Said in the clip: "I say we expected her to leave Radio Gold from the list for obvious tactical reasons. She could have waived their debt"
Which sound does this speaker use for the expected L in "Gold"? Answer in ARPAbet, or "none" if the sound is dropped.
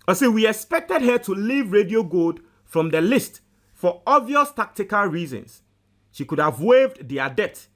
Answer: none